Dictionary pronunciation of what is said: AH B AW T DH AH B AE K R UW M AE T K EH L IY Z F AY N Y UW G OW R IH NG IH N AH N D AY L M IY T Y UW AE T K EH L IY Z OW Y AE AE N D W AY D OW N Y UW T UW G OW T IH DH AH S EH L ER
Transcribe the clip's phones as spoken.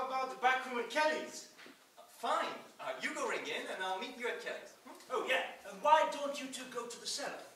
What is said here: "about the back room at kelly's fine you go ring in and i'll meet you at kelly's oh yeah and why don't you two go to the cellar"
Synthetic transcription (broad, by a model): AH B AW T DH AH B AE K R UW M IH K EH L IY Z F AY N Y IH G OW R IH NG IH N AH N AY L M IY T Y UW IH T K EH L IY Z OW Y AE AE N W AY D OW N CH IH T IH G OW T IH DH AH S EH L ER